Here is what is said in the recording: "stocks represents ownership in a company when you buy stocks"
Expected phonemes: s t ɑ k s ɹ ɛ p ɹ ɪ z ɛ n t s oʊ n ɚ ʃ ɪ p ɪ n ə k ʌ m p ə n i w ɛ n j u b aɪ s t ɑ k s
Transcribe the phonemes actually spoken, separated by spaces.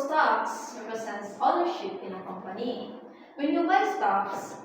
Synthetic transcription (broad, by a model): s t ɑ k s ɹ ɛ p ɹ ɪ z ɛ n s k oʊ l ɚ ʃ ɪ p ɪ n ə k ʌ m p ə n i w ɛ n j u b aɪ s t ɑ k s